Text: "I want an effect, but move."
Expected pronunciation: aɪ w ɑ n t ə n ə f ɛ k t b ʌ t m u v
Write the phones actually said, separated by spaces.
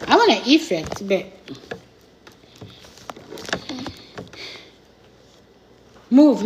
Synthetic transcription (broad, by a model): aɪ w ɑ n ə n ə f ɛ k t b ʌ t m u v